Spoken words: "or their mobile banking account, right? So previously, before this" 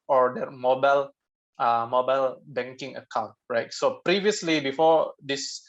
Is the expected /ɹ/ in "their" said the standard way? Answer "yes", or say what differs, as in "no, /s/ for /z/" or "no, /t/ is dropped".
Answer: no, /l/ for /ɹ/